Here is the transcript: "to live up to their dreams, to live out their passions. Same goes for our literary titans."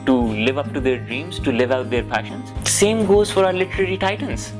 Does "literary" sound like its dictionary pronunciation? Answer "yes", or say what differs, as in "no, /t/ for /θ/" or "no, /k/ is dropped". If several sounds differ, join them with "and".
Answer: yes